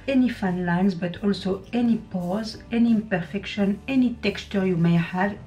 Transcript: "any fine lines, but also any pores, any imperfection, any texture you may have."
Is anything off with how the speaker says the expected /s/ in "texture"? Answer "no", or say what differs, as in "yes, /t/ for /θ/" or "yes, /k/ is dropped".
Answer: no